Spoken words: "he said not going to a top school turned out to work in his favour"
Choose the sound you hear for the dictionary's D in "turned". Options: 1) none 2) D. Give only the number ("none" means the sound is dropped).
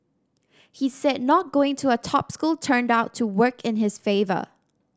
2